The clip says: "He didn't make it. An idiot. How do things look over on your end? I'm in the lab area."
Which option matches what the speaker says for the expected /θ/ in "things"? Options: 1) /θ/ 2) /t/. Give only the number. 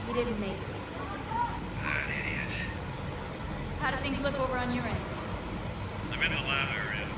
1